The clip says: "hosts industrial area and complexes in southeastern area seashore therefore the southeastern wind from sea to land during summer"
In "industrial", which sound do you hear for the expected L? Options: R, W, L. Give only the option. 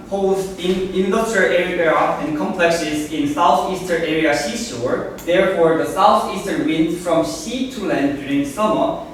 W